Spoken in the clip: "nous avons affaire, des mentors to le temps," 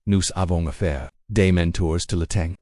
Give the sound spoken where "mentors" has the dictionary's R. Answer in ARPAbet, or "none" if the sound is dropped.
R